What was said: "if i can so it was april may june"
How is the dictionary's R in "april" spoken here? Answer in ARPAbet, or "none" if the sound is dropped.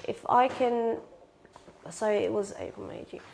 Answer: none